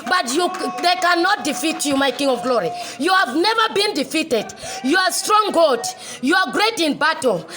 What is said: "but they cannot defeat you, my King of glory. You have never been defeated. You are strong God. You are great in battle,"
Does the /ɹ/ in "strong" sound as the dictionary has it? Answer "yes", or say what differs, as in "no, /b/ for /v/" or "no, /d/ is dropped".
yes